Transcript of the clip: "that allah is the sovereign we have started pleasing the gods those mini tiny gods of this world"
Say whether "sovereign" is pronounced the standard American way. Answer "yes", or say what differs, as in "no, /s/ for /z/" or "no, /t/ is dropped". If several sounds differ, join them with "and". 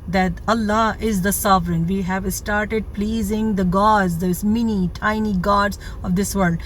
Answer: yes